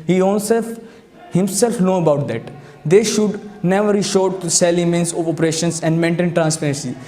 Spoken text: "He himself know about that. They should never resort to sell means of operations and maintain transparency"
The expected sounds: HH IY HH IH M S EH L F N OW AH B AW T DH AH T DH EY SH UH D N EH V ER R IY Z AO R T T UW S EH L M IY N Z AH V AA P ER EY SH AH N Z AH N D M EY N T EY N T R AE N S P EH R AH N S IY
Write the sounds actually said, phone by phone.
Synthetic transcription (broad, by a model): HH IY HH IH M S EH L F N OW AH B AW T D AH T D EY SH UH D N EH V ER R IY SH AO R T T UW S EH L M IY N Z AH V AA P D EY SH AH N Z AH N D M EY N T EY N T R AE N S P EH R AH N S IY